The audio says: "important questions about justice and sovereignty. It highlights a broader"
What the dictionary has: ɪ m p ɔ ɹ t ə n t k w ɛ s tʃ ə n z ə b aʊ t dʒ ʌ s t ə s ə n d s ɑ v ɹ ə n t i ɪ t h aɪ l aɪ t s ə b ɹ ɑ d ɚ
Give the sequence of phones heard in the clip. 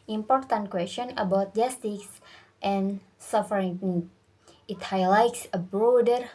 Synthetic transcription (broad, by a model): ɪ m p ɔ ɹ t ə n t k w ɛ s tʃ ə n ə b aʊ t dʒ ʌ s t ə s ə n s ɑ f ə t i ɪ t h aɪ l aɪ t s ə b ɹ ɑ d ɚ